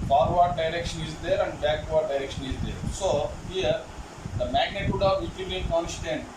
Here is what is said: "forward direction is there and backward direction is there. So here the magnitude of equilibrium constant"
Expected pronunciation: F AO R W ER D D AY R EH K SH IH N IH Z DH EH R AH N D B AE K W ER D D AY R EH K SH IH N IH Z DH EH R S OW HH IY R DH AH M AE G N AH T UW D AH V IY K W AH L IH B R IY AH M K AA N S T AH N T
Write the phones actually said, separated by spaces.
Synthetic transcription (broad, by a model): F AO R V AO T D AY R EH K SH IH N IH Z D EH R AH N D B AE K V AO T D AY R EH K SH IH N IH Z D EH R S OW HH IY R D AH M AE G N AH T UW D AH V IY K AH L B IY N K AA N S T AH N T